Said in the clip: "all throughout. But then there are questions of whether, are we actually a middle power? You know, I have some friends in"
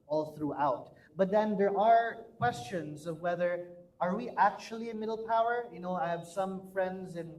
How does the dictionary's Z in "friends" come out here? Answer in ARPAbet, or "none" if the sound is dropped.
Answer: Z